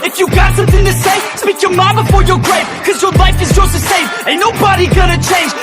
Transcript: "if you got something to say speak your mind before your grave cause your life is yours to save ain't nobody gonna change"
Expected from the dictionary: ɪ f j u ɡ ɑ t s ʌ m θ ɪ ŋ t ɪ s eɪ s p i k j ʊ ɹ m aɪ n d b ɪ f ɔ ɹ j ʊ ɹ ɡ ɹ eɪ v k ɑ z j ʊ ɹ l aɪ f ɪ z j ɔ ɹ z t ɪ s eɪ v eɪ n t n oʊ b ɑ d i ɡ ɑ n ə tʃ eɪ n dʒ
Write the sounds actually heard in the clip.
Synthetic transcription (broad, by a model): ɪ f j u ɡ ɑ t s ʌ m θ ɪ ŋ t ɪ s eɪ s p i k j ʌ ɹ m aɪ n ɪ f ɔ ɹ j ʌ ɹ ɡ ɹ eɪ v k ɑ z j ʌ ɹ l aɪ f ɪ z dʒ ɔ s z t ɪ s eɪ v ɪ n n oʊ b ɑ d i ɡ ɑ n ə tʃ eɪ n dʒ